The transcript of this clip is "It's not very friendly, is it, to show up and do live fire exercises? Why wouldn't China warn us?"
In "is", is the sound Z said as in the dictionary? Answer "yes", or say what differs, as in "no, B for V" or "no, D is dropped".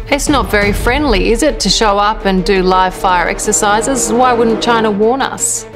yes